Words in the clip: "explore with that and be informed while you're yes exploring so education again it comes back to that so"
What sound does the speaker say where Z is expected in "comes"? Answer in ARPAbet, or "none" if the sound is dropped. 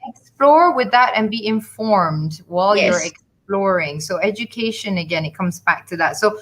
Z